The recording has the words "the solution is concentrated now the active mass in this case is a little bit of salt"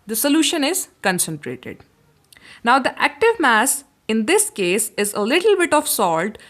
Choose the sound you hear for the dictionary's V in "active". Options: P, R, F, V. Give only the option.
V